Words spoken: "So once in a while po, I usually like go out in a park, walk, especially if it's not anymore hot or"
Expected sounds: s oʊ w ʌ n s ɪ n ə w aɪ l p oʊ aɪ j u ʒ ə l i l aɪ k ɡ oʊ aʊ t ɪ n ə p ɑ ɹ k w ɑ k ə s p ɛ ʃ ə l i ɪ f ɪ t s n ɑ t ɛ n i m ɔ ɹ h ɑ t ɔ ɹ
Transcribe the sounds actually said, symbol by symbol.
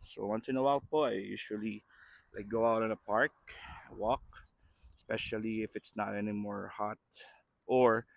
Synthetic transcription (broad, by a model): s oʊ w ʌ n s ɪ n ə w aɪ l p oʊ aɪ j u ʃ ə l i l aɪ k ɡ oʊ aʊ t ɪ n ə p ɑ ɹ k w ɑ k s p ɛ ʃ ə l i ɪ f ɪ t s n ɑ t ɛ n i m ɔ ɹ h ɑ t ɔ ɹ